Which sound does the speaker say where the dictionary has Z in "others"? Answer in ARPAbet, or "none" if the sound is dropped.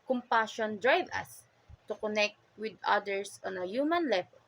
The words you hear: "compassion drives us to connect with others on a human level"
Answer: S